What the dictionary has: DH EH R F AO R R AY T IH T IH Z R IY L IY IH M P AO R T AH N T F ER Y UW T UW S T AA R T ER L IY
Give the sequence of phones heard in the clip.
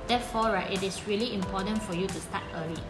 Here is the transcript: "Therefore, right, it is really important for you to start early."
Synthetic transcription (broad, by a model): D EH F AO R R AY T IH T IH S R IY L IY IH M P AO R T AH N T F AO Y UW T UW S T AA T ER L IY